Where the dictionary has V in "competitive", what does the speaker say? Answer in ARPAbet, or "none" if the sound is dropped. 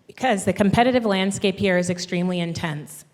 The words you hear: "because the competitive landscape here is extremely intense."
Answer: V